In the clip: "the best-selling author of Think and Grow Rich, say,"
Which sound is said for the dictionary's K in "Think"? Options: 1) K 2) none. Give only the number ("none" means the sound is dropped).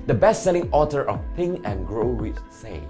2